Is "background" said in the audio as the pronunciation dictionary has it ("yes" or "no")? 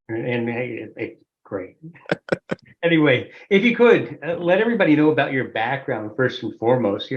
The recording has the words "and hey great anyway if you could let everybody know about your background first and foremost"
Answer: yes